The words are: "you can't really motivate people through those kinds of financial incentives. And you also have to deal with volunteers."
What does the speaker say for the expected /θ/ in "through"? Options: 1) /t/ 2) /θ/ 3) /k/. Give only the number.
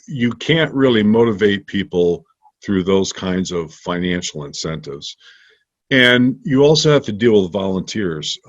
2